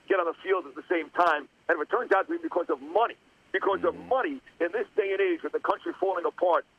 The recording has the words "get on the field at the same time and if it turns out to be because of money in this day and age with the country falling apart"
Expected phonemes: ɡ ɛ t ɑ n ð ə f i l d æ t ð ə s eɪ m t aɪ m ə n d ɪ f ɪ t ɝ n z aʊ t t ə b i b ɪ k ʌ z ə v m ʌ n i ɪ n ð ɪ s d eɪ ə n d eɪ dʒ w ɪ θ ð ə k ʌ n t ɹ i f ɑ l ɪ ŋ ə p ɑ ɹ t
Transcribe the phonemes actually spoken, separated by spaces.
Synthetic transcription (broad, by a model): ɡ ɛ t n ð ə f i l d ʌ t ð ə s eɪ m t aɪ m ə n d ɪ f ɪ t ɝ n z aʊ t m ə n i b ɪ k ʌ z ə v m ʌ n i ɪ n ð ɪ s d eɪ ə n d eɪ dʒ w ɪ ð ə k ʌ n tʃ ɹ i f ɑ l ɪ ŋ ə p ɑ ɹ t